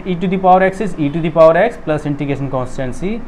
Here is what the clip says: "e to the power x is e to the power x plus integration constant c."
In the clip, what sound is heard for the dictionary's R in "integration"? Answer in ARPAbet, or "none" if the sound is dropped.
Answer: none